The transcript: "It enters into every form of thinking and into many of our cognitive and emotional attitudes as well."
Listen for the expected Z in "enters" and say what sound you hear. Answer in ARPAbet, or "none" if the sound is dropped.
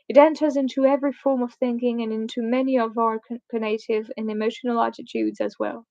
Z